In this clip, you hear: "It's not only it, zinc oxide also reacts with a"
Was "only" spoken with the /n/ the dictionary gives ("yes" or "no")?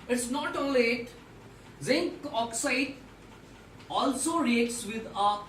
no